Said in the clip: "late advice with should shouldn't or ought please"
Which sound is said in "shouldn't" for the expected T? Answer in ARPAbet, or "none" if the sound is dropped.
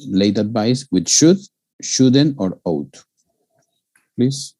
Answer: none